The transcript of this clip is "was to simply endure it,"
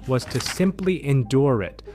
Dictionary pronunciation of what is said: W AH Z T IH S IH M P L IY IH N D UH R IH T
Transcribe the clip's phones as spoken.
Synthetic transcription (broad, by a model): W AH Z T IH S IH M P L IY IH N D UH R IH T